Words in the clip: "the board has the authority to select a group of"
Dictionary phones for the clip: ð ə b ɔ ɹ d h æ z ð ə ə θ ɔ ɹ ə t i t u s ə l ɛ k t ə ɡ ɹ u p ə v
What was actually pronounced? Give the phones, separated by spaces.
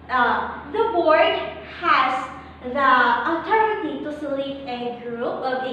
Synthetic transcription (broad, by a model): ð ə b ɔ ɹ d h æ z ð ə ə t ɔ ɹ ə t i t u s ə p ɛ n ɡ ɹ u p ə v